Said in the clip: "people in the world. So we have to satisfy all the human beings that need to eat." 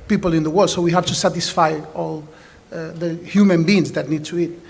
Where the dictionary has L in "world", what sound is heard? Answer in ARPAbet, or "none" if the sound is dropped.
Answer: none